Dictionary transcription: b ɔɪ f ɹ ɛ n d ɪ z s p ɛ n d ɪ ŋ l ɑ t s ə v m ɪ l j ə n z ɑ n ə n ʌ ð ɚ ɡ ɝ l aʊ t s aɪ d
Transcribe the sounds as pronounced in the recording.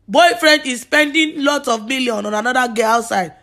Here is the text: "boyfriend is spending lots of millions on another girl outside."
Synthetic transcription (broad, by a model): b ɔɪ f ɹ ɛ n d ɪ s p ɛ n d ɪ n l ɑ t s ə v m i l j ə n ɑ n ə n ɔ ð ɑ ɡ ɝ aʊ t s aɪ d